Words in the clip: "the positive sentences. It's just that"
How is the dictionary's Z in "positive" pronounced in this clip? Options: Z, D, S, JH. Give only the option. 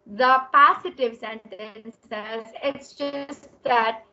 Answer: S